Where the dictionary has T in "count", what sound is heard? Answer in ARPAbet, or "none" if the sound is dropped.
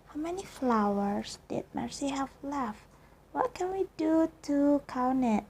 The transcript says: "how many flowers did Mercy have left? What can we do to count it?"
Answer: none